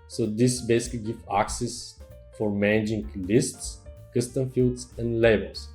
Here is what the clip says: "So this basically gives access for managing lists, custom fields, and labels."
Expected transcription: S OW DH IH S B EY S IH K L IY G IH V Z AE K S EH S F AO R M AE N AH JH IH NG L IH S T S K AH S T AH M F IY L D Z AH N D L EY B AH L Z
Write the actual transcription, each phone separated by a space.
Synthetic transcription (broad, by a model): S OW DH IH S B EY S IH K L IY G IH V AE K S EH S F AO R M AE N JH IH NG L IH S T S K AH S T AH M F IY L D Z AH N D L EY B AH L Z